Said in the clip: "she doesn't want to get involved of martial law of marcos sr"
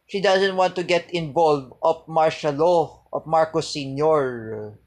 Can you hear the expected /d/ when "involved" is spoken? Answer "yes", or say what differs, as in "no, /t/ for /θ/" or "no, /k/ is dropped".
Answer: no, /d/ is dropped